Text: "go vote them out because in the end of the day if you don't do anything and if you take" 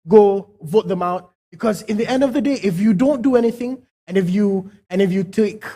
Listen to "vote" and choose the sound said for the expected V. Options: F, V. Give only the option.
V